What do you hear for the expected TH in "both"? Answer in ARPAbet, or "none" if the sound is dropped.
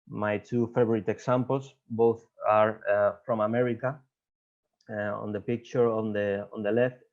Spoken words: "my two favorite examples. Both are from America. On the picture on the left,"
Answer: TH